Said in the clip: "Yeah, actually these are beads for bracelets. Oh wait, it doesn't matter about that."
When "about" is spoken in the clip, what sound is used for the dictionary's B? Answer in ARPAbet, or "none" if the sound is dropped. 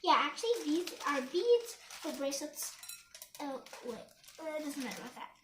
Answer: none